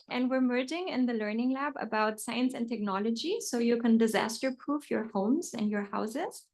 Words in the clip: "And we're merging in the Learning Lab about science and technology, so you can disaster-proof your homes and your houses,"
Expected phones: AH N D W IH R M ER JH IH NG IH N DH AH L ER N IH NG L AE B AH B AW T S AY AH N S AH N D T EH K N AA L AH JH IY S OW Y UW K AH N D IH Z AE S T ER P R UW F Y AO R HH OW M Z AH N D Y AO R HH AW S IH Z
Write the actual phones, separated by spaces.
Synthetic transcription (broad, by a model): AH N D W IH R M ER JH IH NG IH N DH AH L ER N IH NG L AE B AH B AW T S AY AH N S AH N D T EH K N AA L AH JH IY S OW Y UW K AH N D IH Z AE S T ER P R UW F Y AO R HH OW M Z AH N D Y AO R HH AW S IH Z